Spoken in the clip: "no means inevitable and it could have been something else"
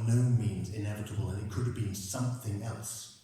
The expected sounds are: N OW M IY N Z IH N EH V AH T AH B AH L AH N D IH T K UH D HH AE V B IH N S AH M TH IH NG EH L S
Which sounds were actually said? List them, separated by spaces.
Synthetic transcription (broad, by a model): N OW M IY N Z IH N EH V AH T AH B AH L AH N IH T K UH D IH V B IH N S AH M TH IH NG EH L S